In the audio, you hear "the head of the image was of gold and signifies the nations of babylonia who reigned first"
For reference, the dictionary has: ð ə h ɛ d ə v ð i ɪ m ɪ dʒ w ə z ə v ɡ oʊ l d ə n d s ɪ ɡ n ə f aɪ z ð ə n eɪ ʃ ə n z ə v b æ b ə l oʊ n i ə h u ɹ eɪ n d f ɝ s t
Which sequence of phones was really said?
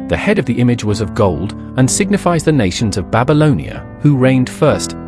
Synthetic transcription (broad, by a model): ð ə h ɛ d ə v ð i ɪ m ɪ dʒ w ə z ə v ɡ oʊ l d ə n s ɪ ɡ n ə f aɪ z ð ə n eɪ ʃ n z ə v b æ b ə l oʊ n i ə h u ɹ eɪ n d f ɝ s t